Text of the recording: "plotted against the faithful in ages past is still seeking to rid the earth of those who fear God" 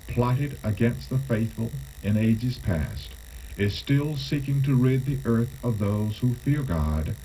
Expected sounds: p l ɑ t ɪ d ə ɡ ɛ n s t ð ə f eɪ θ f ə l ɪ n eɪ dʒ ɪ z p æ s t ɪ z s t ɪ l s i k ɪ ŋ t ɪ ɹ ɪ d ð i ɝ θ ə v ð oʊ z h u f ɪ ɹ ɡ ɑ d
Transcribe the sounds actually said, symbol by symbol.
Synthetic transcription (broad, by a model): p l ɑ t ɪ d ə ɡ ɛ n s t ð ə f eɪ θ f ə l ɪ n eɪ dʒ ɪ z p æ s t ɪ z s t ɪ l s i k ɪ ŋ t ɪ ɹ ɪ d ð i ɝ θ ə v ð oʊ z h u f ɪ ɹ ɡ ɑ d